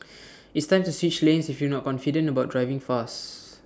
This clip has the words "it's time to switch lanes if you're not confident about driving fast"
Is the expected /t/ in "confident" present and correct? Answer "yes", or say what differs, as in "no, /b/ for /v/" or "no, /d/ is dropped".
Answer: no, /t/ is dropped